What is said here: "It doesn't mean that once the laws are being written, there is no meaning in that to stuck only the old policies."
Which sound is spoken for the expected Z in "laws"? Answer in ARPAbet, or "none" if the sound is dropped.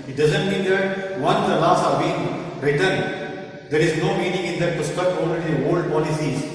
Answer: S